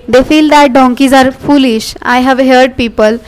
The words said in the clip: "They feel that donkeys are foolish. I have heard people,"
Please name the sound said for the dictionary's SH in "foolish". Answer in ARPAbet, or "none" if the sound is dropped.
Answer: SH